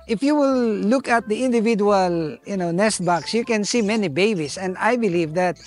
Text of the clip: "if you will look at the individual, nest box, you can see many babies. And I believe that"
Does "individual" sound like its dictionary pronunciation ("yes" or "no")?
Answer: no